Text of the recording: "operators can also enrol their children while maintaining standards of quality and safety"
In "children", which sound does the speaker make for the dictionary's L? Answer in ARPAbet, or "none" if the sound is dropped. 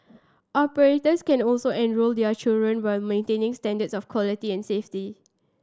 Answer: L